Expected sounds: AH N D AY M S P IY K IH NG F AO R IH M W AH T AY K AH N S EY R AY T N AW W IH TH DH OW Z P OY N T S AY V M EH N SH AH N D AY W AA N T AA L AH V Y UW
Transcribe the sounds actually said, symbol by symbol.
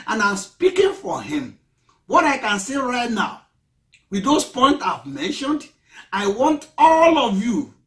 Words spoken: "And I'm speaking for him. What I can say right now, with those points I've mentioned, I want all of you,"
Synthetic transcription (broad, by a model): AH N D AY M S P IY K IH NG F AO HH IH M W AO T AY K AH N S EY R AY T N AW W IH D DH OW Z P OY N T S AY V M EH N SH AH N D AY W AA N T AA L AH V Y UW